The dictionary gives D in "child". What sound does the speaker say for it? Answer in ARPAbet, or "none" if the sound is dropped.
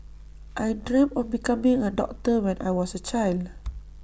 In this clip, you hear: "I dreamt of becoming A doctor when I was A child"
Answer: D